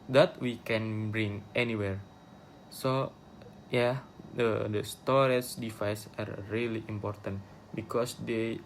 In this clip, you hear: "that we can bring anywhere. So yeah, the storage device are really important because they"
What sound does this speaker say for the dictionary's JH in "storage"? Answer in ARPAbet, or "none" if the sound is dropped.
CH